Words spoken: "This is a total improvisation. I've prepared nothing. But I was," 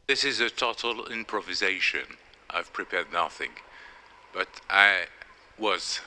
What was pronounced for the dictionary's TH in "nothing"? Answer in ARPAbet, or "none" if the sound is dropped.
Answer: TH